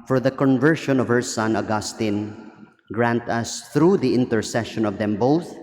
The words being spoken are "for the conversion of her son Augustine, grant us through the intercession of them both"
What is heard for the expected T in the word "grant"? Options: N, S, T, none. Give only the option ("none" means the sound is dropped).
T